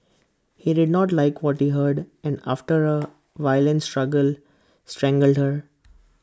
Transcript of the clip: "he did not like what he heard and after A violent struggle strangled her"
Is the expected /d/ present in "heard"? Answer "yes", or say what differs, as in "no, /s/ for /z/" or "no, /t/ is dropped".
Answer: yes